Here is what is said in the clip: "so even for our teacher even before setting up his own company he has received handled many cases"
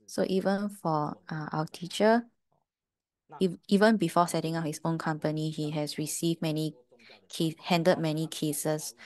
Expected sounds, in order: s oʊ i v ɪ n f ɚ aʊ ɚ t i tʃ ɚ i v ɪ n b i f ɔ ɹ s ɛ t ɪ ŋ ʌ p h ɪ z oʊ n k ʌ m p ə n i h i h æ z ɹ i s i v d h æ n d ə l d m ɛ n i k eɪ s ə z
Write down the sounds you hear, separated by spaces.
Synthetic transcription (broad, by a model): s oʊ i v ɪ n f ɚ aʊ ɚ t i tʃ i i v ɪ n b i f ɔ s ɛ t ɪ ŋ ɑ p h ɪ s oʊ n k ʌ m p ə n i h i h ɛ s ɹ i s i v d h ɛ n d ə d m ɛ n i k eɪ s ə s